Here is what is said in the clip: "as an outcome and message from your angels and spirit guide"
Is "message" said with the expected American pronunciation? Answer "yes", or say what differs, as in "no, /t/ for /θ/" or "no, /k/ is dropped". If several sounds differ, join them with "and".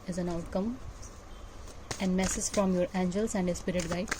no, /z/ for /dʒ/